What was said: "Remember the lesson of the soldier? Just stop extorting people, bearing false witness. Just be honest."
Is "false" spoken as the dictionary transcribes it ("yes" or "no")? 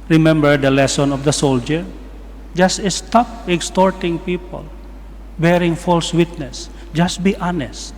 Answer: yes